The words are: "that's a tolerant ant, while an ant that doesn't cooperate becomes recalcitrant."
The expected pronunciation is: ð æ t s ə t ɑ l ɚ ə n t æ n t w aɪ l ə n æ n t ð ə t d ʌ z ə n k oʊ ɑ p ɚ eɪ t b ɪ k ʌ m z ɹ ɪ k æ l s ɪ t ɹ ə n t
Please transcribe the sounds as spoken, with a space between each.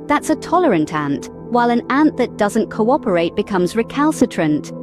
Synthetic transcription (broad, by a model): ð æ t s ə t ɑ l ɚ ə n t æ n t w aɪ l ə n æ n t ð ə t d ʌ z ə n k oʊ ɑ p ɚ eɪ t b ɪ k ʌ m z ɹ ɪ k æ l s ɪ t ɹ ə n t